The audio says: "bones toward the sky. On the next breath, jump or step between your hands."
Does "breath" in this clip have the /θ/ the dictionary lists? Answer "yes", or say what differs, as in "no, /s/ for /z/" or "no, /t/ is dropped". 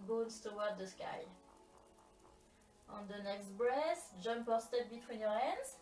no, /s/ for /θ/